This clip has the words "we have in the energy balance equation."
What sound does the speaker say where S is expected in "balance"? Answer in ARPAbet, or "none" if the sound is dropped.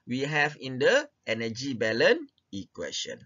none